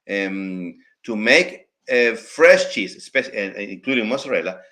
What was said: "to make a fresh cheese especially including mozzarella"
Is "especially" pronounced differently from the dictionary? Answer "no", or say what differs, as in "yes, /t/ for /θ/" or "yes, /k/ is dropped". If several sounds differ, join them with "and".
yes, /l/ is dropped